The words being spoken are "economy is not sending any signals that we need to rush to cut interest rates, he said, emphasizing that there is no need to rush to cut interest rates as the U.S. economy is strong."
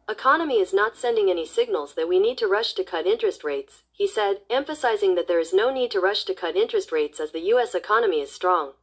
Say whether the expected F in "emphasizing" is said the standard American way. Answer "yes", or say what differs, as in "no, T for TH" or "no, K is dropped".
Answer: yes